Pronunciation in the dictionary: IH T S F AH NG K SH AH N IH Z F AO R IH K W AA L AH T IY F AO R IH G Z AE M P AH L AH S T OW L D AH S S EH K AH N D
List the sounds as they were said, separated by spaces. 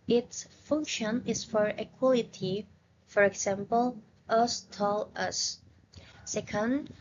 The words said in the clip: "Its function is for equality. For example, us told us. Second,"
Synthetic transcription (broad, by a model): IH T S F AH NG K SH AH N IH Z F AO R IH K W AA L AH T IY F AO R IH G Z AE M P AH L AH S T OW L AH S S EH K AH N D